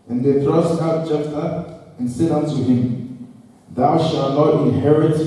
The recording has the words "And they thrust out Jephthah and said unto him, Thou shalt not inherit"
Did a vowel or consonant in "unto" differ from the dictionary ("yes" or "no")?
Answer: no